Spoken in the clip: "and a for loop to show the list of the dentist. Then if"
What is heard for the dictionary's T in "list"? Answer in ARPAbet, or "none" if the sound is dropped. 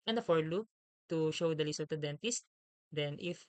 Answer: none